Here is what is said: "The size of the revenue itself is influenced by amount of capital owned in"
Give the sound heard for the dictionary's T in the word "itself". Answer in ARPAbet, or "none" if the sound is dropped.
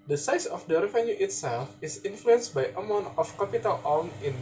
T